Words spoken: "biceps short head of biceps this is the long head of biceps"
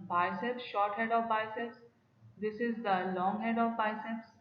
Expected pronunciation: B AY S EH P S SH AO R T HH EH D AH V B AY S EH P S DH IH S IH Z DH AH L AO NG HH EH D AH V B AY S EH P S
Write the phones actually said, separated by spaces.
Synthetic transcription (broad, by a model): B AY S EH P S SH AO R T HH EH D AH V B AY S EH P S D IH S IH Z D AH L AO NG HH EH D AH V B AY S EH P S